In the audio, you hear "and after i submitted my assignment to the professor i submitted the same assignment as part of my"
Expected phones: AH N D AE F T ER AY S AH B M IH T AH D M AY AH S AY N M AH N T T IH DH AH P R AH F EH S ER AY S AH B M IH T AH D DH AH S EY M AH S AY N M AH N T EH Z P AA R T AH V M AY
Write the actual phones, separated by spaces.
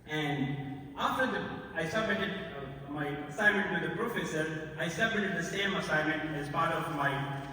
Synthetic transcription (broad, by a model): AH N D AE F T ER AY S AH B M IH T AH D M AY AH S AY N M AH N T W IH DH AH P R AH F EH S ER AY S AH B M IH T AH D DH AH S EY M AH S AY N M AH N T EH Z B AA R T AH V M AY